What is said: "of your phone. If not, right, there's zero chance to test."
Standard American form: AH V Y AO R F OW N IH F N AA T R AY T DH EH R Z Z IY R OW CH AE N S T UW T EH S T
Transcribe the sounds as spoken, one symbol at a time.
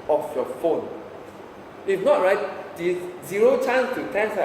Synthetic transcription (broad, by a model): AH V Y AO F OW N IH F N AA T R AY T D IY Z Z IY R OW CH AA N S T UW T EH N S